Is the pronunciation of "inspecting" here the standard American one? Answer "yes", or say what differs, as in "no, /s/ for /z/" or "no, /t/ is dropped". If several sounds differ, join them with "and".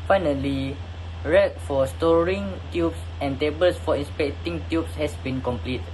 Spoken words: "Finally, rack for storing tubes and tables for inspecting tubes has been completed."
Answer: yes